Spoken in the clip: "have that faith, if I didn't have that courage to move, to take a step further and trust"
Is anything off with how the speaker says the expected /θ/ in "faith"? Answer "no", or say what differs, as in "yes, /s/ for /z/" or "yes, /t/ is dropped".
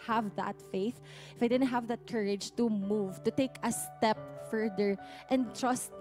no